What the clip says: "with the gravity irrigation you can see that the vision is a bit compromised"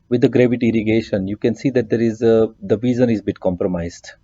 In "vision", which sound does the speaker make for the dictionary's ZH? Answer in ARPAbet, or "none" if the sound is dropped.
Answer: Z